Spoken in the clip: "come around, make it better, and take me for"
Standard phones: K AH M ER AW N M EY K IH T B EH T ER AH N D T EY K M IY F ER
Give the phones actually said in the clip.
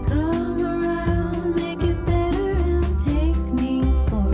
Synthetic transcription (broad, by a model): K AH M ER AW N M EY K IH T B EH T ER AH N T EY K M IY F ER